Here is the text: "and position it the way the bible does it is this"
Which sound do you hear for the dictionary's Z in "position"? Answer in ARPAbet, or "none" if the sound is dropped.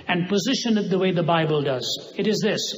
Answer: Z